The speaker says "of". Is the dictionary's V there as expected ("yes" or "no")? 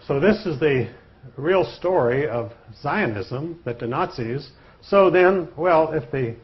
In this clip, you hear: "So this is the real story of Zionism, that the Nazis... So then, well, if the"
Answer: yes